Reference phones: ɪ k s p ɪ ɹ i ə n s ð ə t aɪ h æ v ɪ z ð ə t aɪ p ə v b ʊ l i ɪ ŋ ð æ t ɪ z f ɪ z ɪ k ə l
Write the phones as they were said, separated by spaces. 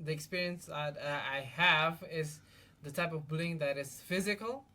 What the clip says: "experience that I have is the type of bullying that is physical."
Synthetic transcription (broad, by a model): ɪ k s p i ɹ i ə n s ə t aɪ h æ v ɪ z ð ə t aɪ p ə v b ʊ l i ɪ ŋ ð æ t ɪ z f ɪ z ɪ k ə l